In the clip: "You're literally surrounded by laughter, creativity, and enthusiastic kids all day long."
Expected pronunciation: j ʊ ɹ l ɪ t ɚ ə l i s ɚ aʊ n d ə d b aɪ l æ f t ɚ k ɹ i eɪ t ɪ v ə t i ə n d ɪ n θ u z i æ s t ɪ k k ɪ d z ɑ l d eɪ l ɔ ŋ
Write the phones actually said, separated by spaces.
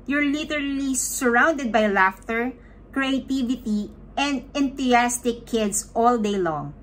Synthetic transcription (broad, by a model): j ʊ ɹ l ɪ t ɚ ə l i s ɚ aʊ n d ə d b aɪ l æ f t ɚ k ɹ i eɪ t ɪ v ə t i ə n d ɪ n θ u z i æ s t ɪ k k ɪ d s ɑ l d eɪ l ɔ ŋ